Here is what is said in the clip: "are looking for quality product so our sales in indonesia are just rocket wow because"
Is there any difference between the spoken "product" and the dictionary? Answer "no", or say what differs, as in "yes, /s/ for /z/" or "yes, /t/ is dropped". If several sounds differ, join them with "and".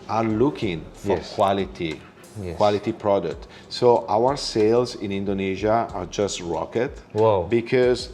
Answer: no